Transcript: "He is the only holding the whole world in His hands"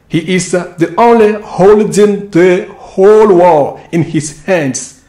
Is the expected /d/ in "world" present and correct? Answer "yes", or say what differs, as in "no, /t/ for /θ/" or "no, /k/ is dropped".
no, /d/ is dropped